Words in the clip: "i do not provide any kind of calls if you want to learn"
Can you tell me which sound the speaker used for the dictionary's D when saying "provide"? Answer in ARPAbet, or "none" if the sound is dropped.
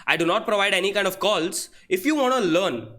D